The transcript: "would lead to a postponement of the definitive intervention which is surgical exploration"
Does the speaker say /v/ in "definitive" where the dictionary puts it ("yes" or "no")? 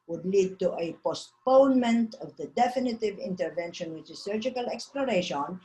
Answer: yes